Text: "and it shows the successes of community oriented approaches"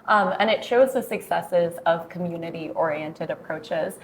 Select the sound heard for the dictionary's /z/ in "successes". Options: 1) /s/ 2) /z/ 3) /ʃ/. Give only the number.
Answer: 2